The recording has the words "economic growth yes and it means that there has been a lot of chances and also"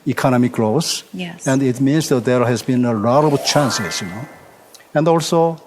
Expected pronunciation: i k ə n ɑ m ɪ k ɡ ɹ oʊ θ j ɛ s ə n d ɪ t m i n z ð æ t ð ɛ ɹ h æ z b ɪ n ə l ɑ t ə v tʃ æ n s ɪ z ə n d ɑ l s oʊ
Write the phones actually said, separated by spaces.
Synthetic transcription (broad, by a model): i k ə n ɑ m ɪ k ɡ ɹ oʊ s ə n d ɪ t m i n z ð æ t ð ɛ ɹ h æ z b ɪ n ə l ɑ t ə b tʃ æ n s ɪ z ə n d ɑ l s oʊ